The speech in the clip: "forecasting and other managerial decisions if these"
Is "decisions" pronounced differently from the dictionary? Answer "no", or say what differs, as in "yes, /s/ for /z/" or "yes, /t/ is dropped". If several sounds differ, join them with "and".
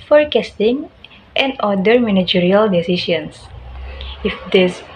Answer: yes, /ʃ/ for /ʒ/ and /s/ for /z/